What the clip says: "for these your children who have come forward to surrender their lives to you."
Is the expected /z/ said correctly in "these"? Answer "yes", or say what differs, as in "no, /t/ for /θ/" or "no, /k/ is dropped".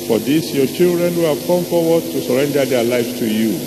no, /s/ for /z/